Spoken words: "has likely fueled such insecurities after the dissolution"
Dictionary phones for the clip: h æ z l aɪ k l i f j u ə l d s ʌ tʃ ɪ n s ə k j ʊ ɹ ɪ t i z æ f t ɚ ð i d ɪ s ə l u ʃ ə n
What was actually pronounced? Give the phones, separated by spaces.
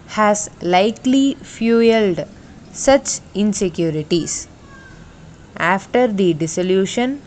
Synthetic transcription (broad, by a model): h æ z l aɪ k l i f j u ə l d s ʌ tʃ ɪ n s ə k j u ɹ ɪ t i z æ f t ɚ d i d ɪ s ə l u ʃ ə n